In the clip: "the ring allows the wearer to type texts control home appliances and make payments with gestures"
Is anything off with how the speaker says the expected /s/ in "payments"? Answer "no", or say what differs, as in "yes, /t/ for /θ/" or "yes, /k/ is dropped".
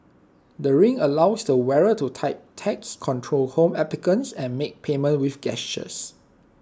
yes, /s/ is dropped